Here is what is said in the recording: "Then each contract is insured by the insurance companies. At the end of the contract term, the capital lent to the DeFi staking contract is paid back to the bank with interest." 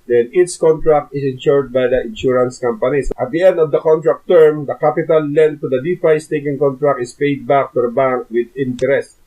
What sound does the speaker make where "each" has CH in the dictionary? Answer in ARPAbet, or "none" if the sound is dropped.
S